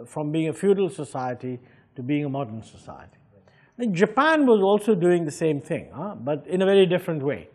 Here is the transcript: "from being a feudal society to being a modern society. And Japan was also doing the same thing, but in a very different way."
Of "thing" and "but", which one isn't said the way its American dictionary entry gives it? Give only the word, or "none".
none